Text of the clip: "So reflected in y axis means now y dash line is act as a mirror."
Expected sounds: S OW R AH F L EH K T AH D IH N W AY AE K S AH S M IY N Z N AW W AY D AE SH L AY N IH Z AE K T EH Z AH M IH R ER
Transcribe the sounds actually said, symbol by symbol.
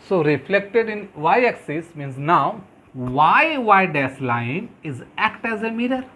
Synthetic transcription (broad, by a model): S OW R AH F L EH K T AH D IH N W AY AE K S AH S M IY N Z N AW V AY D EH S L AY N IH Z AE K T EH Z AH M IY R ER